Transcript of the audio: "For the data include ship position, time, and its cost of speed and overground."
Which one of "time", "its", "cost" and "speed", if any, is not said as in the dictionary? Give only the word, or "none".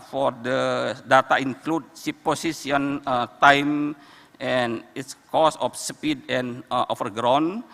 cost